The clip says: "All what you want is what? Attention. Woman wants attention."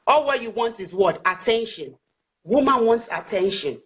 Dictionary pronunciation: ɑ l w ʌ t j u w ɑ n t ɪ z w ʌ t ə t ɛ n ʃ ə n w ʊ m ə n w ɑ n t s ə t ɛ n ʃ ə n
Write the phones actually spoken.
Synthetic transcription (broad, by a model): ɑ l w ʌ j u w ɑ n t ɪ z w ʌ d ə t ɛ n ʃ ə n w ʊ m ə n w ɑ n t s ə t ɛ n ʃ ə n